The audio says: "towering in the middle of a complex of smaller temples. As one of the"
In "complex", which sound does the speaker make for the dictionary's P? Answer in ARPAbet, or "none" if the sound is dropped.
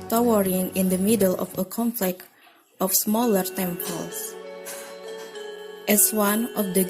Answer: F